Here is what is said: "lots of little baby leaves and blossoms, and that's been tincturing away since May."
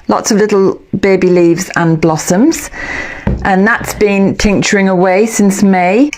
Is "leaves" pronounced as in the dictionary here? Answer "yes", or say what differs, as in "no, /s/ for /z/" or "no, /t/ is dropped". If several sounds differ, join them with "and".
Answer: yes